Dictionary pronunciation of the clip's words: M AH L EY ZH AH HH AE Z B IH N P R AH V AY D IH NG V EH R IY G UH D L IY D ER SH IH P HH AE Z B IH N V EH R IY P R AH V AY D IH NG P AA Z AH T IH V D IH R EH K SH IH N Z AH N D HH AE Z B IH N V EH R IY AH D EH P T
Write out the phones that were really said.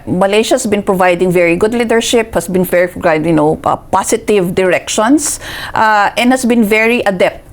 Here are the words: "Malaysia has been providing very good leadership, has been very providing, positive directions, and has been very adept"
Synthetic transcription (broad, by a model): M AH L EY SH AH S B IH N P R AH V AY D IH NG V EH R IY G UH D L IY D ER SH IH P HH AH S B IH N F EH R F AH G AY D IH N P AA S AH T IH V D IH R EH K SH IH N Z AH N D HH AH S B IH N V EH R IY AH D EH P T